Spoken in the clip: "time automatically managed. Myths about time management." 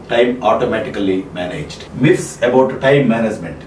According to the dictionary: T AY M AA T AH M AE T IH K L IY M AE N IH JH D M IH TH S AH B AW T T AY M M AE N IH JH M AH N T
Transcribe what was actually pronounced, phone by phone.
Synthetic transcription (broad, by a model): T AY M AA T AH M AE T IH K L IY M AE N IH JH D M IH F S AH B AW T T AY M M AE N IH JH M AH N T